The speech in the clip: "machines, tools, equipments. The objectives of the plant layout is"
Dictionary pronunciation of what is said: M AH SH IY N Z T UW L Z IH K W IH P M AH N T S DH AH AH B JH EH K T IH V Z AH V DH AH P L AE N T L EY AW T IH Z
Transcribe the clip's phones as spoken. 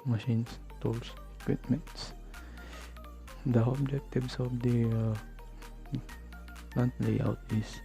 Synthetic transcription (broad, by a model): M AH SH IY N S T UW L S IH K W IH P M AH N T S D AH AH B JH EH K T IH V S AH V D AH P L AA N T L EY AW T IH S